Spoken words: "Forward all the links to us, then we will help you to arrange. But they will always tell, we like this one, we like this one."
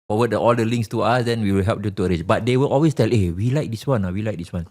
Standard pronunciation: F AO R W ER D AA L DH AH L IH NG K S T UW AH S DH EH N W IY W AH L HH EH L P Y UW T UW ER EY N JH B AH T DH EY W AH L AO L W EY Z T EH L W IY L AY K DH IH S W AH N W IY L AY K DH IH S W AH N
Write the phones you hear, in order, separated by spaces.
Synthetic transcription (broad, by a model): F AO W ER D AA L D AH L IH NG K S T UW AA S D EH N W IY W AH L HH EH L P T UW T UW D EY JH B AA T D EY W AH L AO L W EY S T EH L W IY L AY K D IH S W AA N W IY L AY K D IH S W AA N